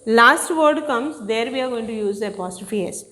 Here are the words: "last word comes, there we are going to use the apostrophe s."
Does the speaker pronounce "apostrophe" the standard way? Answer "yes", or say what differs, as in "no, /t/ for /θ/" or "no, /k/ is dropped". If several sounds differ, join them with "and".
no, /ɹ/ is dropped